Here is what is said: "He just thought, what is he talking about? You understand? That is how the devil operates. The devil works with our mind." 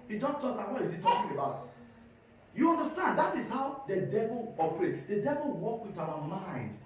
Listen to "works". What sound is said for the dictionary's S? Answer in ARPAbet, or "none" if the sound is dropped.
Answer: none